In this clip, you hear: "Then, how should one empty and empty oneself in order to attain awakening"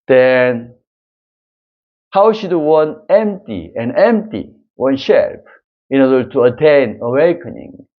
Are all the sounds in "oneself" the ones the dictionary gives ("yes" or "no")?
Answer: no